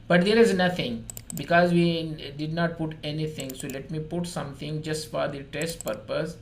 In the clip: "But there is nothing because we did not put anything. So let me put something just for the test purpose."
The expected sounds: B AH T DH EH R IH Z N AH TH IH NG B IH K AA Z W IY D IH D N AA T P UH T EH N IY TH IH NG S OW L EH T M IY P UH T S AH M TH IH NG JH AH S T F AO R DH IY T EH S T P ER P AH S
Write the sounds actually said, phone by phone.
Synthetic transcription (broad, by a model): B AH T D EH R IH Z N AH T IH NG B IH K AA Z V IY D IH D N AA T P UH T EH N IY T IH NG S OW L EH T M IY P UH T S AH M T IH NG JH AH S T F AO R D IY T EH S T P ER P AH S